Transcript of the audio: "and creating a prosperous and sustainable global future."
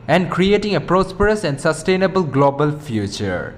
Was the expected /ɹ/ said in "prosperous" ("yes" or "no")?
yes